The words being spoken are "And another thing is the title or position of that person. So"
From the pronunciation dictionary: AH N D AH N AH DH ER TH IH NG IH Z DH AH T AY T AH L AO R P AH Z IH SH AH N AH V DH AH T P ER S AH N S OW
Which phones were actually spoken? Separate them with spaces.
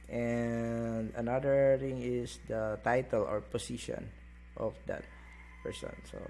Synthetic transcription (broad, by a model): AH N D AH N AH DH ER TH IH NG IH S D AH T AY T AH L AO R P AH S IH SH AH N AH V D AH T P ER S AH N S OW